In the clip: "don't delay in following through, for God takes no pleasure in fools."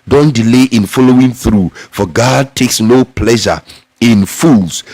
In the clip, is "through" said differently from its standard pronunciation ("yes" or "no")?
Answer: no